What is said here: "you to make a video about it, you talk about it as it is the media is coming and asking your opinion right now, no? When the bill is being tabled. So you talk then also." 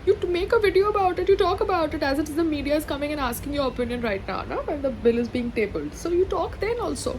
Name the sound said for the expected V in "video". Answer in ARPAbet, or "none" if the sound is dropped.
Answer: V